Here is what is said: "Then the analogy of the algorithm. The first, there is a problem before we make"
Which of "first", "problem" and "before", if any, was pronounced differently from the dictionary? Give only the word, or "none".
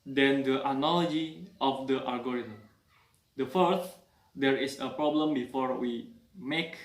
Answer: first